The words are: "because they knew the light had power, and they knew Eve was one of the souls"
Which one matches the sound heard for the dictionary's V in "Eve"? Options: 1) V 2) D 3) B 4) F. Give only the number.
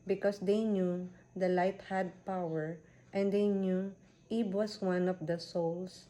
3